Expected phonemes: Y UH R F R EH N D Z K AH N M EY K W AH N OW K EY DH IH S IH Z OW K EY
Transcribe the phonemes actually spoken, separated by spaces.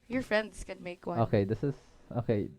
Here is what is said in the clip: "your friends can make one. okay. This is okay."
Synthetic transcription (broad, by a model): Y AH R F R EH N D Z K AH N M EY K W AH OW K EY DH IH S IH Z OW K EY